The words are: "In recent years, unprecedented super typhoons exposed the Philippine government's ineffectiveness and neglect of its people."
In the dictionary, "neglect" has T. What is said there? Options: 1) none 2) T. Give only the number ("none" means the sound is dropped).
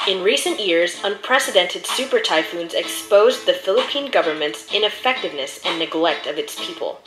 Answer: 2